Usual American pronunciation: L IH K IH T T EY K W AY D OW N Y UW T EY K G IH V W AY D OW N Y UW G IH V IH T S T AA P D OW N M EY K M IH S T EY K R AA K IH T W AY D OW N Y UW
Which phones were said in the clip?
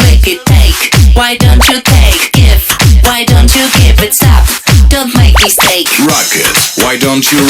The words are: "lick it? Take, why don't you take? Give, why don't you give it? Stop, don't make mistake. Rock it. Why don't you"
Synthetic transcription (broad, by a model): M IH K IH T T EY K W AY D OW N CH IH T EY K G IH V W AY D OW N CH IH G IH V IH T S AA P D OW N M EY K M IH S T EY K R AA K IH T W AY D OW N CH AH